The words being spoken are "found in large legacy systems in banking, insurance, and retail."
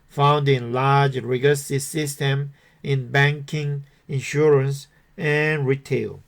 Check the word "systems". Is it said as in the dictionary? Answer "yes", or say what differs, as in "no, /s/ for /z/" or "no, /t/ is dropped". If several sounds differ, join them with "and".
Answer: no, /z/ is dropped